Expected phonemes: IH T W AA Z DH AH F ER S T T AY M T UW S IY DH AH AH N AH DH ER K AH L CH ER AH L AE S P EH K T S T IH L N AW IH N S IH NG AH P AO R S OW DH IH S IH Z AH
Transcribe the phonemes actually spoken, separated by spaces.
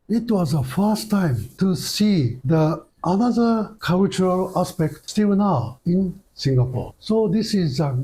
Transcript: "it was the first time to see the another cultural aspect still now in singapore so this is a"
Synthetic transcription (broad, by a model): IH T W AA Z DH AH F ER S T T AY M T UW S IY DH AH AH N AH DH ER K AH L CH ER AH L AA S P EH K T S T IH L N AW IH N S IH NG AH P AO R S OW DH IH S IH Z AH